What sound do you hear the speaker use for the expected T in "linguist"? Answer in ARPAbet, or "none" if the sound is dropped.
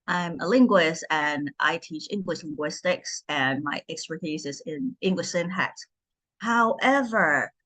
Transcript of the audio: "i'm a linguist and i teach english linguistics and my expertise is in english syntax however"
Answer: T